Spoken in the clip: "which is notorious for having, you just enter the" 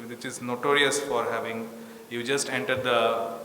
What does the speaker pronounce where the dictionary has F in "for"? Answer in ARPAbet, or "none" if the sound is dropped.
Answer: F